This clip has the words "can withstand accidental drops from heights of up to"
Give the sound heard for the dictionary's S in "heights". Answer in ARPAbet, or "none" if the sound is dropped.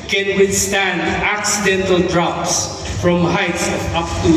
S